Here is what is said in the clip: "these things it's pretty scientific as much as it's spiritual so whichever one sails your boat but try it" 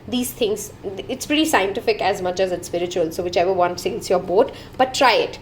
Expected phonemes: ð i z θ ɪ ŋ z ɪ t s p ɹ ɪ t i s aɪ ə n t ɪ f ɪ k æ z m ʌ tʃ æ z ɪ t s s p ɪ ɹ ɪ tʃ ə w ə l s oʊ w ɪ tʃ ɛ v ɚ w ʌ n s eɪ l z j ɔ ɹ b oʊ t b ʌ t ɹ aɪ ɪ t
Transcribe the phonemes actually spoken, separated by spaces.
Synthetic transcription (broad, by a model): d i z t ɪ ŋ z ɪ t s p ɹ ɪ t i s aɪ ə n t ɪ f ɪ k æ z m ʌ tʃ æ z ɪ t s s p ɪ ɹ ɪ tʃ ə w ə l s oʊ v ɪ tʃ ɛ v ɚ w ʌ n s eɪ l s j ɔ ɹ b oʊ t b ʌ t ɹ aɪ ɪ t